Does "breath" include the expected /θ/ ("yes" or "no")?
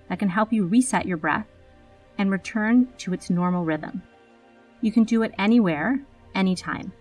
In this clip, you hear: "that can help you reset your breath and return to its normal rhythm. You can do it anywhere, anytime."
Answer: yes